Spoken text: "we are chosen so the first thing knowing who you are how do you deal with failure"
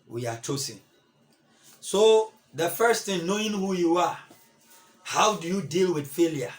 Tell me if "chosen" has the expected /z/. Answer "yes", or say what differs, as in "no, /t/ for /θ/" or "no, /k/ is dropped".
no, /s/ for /z/